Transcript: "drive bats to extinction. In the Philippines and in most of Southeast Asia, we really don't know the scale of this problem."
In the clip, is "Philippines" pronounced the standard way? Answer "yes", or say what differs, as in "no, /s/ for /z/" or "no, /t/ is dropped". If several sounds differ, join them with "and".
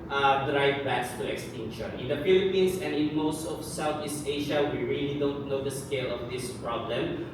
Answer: no, /s/ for /z/